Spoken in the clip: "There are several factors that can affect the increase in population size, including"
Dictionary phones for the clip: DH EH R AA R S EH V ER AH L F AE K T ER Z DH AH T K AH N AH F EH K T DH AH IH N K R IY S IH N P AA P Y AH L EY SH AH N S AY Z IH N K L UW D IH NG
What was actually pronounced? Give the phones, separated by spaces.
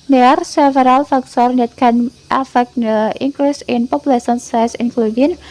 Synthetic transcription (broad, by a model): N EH AA R S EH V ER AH L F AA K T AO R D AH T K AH N AH F EH K T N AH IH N K R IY S IH N P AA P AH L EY S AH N S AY S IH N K L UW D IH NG